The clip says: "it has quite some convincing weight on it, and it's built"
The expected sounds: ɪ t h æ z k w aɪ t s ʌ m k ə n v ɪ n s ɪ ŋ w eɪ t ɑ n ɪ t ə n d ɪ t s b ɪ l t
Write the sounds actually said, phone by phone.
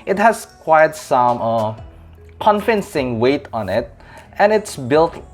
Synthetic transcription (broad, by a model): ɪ t h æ s k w aɪ t s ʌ m k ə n f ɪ n s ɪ ŋ w eɪ t ɑ n ɪ t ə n ɪ t s b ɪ l t